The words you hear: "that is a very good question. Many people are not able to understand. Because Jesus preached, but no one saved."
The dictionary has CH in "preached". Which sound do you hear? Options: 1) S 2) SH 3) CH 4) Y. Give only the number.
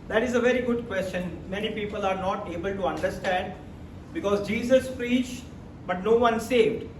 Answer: 3